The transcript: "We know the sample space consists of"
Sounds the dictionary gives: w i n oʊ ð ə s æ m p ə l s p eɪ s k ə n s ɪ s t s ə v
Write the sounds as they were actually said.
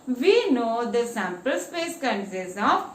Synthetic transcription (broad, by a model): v i n oʊ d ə s æ m p ə l s p eɪ s k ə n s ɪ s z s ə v